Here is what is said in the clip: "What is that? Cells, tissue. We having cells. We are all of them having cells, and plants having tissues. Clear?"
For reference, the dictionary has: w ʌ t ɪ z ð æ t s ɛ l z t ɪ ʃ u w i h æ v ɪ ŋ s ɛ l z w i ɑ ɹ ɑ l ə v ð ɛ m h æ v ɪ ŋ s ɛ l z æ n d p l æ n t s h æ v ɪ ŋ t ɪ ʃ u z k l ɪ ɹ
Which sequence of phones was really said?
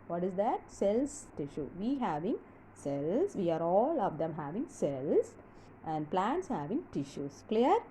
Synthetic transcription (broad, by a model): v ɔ t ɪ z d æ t s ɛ l s t ɪ ʃ u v i h æ v ɪ ŋ s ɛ l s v i ɑ ɹ ɑ l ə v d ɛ m h æ v ɪ ŋ s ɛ l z æ n d p l æ n t s h æ v ɪ ŋ t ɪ ʃ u s k l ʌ ɹ